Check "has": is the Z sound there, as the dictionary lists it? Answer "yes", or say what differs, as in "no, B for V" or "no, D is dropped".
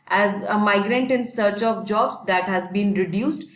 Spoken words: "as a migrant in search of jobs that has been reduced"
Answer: yes